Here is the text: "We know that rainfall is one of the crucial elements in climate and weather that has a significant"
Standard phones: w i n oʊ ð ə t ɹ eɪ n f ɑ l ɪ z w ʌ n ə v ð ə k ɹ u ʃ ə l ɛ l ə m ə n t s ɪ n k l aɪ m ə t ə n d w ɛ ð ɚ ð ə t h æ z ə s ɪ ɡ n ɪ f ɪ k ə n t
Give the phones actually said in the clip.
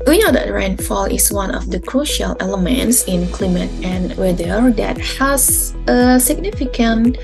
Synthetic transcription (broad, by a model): w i n oʊ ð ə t ɹ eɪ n f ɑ l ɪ s w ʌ n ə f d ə k ɹ u ʃ ə l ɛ l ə m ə n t s ɪ n k l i m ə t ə n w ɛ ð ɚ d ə t h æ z ə s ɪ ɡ n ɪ f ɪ k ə n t